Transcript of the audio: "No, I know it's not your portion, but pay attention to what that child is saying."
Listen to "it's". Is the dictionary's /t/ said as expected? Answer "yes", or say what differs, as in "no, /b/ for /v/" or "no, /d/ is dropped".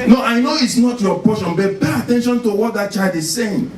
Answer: yes